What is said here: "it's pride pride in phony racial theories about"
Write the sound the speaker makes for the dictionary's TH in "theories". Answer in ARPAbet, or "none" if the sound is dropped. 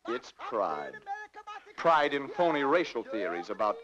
TH